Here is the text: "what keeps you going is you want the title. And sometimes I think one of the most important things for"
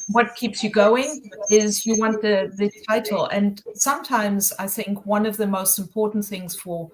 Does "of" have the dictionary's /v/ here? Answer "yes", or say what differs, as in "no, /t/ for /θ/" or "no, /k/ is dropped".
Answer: yes